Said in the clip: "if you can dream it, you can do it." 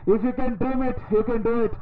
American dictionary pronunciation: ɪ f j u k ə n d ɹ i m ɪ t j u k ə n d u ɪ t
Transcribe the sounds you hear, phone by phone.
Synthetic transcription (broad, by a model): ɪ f j u k ə n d i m ɪ t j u k ə n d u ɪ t